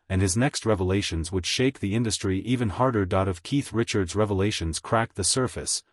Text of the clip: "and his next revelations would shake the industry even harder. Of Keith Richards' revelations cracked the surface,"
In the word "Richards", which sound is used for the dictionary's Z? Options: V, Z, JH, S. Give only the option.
Z